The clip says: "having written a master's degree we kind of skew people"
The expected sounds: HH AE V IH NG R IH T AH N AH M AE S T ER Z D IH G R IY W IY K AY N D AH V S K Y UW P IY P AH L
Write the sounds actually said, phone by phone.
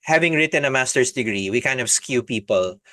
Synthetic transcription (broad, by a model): HH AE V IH NG R IH T AH N AH M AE S T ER S D IH G R IY W IY K AY N D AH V S K Y UW P IY P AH L